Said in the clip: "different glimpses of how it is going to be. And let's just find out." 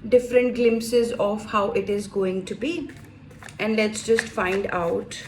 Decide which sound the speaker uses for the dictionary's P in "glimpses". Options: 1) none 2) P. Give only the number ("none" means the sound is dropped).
2